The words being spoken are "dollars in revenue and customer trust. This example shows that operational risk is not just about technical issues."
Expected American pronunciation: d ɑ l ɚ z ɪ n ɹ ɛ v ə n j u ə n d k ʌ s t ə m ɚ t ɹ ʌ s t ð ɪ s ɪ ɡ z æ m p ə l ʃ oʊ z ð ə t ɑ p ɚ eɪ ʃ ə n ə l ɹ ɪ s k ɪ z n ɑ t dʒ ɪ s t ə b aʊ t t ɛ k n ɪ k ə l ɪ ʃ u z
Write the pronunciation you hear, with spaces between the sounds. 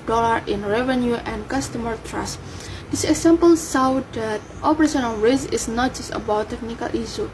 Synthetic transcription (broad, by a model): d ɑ l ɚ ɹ ɪ n ɹ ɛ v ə n j u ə n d k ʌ s t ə m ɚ t ɹ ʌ s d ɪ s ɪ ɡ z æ m p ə l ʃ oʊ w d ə t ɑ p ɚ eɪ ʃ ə n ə n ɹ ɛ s ɪ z n ɑ t dʒ ɪ s t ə b aʊ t t ɛ k n ɪ k ə l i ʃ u